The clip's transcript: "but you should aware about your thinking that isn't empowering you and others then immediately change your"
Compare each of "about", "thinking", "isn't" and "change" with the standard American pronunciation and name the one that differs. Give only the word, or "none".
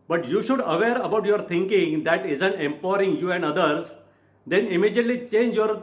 thinking